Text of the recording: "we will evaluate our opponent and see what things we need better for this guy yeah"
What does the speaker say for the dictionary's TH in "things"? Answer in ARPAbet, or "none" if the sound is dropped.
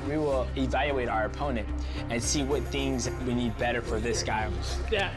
TH